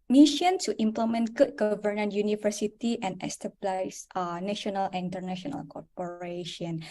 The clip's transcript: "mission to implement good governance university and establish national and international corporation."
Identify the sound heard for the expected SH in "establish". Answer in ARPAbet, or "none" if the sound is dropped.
S